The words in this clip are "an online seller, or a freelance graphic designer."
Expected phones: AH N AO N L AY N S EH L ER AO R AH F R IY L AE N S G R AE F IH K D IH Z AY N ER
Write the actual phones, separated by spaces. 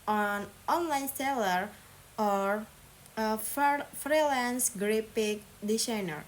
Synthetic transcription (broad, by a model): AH N AO N L AY N S EH L ER AO R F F R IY L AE N S G R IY P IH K D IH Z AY N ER